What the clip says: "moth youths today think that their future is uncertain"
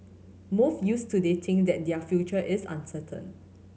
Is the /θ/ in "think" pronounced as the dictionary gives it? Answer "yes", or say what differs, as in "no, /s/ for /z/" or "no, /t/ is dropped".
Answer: no, /t/ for /θ/